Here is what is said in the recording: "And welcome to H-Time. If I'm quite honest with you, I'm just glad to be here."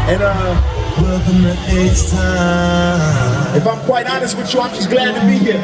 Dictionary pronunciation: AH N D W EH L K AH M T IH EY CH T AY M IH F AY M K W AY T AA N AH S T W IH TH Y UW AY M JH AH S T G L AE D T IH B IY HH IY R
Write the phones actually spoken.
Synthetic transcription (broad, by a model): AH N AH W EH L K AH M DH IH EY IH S IH F AY M K W AY T AA N AH S T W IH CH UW AY M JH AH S G L AE D T IH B IY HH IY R